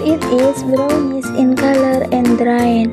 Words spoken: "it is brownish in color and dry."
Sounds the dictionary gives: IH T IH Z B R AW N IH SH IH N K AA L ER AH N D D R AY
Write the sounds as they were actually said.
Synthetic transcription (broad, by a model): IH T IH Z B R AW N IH S IH N K AA L ER AH N D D R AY